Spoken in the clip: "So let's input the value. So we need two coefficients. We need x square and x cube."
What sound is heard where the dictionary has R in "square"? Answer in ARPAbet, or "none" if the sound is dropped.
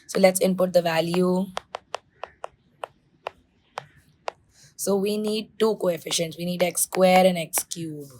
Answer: R